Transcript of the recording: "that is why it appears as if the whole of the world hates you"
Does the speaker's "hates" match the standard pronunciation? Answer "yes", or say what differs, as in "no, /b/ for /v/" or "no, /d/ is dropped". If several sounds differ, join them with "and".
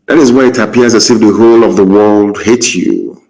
no, /s/ is dropped